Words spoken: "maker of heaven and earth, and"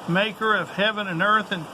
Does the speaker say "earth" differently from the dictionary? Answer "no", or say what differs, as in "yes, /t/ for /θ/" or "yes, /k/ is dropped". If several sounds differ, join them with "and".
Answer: no